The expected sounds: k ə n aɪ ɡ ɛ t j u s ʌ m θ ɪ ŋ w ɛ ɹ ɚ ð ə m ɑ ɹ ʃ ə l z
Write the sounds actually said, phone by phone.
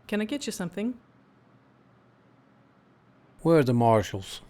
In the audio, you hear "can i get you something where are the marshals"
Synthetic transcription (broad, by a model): k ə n aɪ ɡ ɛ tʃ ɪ s ʌ m θ ɪ ŋ w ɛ ɹ ð ə m ɑ ɹ ʃ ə l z